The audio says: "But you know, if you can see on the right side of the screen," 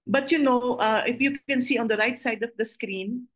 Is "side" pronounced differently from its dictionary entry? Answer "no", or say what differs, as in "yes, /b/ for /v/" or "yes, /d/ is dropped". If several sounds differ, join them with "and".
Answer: no